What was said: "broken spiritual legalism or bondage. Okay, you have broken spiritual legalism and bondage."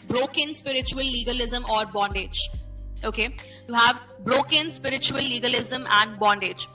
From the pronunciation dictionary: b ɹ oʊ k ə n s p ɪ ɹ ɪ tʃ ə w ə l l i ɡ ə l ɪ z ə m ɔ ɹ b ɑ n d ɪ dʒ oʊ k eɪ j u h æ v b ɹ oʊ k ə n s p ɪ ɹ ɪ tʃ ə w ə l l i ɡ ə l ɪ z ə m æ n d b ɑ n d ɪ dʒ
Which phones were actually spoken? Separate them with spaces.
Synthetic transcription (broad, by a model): b ɹ oʊ k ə n s p ɪ ɹ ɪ tʃ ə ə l l i ɡ ə l ɪ z ə m ɔ ɹ b ɑ n d ɪ dʒ oʊ k eɪ j u h æ v b ɹ oʊ k ə n s p ɪ ɹ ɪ tʃ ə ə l l i ɡ ə l ɪ z ə m æ n d b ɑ n d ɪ dʒ